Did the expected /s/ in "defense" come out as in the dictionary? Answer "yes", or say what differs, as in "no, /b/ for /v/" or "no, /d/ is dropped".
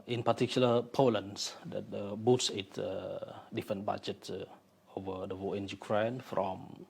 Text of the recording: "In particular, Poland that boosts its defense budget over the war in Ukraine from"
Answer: no, /s/ is dropped